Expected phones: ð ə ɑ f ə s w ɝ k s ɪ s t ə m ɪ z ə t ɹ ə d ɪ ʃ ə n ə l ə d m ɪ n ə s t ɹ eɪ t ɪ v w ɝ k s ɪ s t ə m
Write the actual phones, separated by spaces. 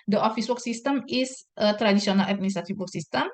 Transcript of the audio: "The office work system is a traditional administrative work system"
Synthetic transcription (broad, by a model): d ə ɑ f ə s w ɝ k s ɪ s t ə m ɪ s ə t ɹ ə d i s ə n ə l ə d m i n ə s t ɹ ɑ t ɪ f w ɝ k s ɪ s t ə m